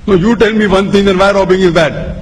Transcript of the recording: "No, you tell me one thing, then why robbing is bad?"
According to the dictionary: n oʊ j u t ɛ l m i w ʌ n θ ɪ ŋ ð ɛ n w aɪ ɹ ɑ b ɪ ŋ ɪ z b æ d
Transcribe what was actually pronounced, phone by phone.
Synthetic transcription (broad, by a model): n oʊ j u t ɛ l m i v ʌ n t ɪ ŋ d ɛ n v aɪ ɹ ɑ b ɪ ŋ ɪ z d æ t